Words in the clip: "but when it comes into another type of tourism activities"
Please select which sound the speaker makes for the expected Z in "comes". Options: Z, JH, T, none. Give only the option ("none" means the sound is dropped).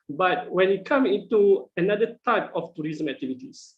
none